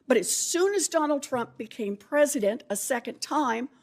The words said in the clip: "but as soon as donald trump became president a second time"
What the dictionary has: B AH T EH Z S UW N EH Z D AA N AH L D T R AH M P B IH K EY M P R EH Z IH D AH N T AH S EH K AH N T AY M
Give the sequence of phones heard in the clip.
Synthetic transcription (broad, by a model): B AH T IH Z S UW N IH Z D AA N L D T R AH M P B IH K EY M P R EH Z IH D AH N T AH S EH K AH N T AY M